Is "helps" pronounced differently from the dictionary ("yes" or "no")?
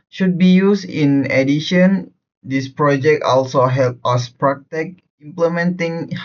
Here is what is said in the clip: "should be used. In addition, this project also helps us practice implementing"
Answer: yes